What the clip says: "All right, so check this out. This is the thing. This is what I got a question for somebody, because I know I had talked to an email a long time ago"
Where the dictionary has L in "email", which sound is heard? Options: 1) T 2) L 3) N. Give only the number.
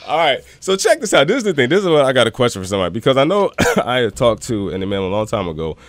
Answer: 3